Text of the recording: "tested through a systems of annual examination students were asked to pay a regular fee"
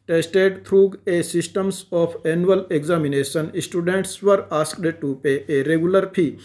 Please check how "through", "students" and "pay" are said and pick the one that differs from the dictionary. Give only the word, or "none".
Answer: through